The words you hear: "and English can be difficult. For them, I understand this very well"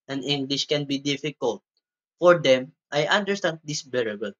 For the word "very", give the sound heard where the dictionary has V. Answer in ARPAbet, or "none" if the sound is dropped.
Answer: B